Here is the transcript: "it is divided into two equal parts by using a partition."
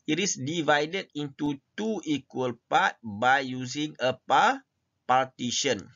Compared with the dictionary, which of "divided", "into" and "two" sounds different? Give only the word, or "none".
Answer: none